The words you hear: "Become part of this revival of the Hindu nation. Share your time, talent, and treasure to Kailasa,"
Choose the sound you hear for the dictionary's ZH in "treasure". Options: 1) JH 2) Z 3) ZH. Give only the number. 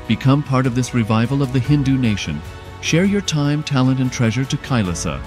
3